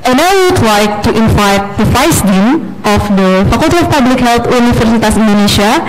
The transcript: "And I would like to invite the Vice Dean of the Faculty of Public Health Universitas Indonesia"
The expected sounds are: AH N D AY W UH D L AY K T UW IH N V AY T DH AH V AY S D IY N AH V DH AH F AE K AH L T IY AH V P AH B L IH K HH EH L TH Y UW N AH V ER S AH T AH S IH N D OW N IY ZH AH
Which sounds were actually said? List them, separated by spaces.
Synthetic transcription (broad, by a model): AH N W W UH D L AY K T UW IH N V AY T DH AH F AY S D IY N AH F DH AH F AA K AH L T IY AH F P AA B L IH K HH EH L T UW N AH F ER S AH T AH S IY N D OW N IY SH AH